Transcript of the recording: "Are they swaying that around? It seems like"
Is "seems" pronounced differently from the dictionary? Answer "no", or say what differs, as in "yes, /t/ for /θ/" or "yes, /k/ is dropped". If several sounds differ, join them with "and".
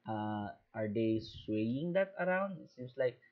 yes, /s/ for /z/